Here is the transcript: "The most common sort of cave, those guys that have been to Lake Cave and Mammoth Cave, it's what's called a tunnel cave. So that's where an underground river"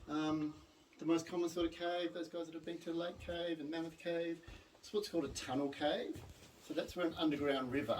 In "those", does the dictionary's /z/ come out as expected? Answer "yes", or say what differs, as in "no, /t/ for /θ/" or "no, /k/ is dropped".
yes